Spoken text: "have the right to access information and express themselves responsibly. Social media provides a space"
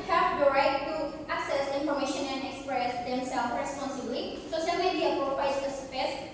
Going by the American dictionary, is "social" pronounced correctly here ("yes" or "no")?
no